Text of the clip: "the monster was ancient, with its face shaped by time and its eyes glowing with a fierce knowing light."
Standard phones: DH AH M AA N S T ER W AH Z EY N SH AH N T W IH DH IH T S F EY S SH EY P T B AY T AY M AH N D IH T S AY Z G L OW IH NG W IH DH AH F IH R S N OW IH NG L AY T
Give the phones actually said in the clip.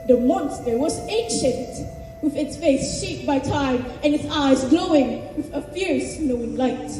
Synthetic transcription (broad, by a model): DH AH M AA N S T ER W AH Z EY N SH AH N T W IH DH IH T S F EY S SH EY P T B AY T AY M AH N IH T S AY Z G L OW IH NG W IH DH AH F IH R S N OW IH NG L AY T